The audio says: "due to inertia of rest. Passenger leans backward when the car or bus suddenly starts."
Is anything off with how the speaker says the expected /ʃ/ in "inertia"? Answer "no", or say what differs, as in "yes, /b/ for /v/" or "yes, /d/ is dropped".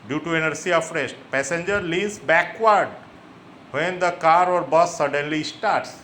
yes, /s/ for /ʃ/